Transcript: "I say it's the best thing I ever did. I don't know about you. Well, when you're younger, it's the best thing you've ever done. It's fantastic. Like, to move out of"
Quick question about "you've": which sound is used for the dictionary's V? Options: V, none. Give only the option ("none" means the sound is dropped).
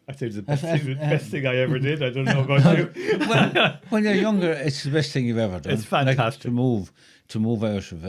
none